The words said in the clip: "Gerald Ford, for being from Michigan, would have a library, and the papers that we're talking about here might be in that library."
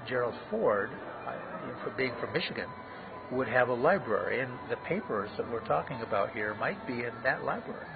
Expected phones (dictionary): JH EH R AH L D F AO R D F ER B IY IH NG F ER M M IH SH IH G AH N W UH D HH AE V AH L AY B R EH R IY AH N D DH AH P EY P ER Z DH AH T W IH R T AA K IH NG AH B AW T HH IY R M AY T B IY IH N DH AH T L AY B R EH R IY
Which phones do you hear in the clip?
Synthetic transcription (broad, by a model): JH EH R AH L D F AO R D F ER B IY IH NG F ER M M IH SH IH G AH N W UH D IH V AH L AY B R EH R IY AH N DH AH P EY P ER Z DH AH T W IH R T AA K IH NG AH B AW T HH IY R M AY T B IY IH N DH AH T L AY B R EH R IY